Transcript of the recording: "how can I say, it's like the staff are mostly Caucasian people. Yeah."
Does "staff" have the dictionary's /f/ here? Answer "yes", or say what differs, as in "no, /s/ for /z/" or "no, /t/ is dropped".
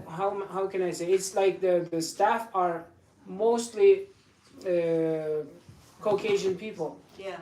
yes